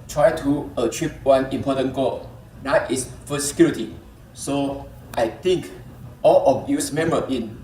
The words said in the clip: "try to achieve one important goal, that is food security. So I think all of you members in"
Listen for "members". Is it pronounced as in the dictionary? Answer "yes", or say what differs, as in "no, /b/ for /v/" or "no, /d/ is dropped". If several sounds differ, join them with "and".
no, /z/ is dropped